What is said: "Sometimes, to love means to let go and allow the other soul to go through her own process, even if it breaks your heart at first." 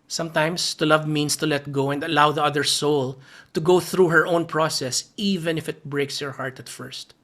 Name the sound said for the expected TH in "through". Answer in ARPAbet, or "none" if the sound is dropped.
TH